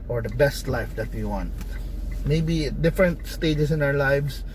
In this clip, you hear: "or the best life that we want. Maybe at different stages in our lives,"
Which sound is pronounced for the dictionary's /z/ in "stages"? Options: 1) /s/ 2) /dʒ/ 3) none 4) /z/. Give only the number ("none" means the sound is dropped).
1